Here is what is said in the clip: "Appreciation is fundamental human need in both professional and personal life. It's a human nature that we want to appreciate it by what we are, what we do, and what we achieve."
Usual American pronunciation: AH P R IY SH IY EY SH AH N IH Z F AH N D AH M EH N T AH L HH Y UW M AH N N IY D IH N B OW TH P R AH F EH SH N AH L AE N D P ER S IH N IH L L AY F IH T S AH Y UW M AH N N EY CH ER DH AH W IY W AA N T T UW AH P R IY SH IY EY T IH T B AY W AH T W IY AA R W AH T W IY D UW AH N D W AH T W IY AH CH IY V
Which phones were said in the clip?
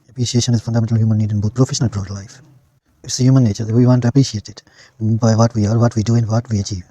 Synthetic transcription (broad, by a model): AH P R IY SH IY EY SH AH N IH Z F AH N D AH M EH N T AH L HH Y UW M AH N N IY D IH N B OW T P R AH F EH SH N AH L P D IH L L AY F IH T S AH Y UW M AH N N EY CH ER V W IY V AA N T T UW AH P R IY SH IY EY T IH T B AY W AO T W IY AA R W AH T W IY D UW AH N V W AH T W IY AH CH IY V